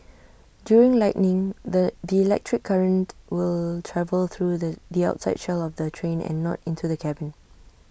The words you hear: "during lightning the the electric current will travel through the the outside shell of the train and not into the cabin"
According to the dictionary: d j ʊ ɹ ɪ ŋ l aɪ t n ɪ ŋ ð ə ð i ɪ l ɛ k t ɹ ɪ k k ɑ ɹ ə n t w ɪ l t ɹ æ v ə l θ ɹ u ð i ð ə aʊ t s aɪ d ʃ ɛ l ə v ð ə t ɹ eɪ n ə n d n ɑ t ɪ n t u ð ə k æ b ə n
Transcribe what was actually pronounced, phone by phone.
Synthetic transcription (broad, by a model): d j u ɹ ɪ ŋ l aɪ t n ɪ ŋ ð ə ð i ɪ l ɛ k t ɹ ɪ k k ɑ ɹ ə n t w ɪ l t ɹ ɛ v ə l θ ɹ u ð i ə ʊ t s aɪ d ʃ ɛ l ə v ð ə t ɹ eɪ n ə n n ɑ t ɪ n t u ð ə k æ b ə n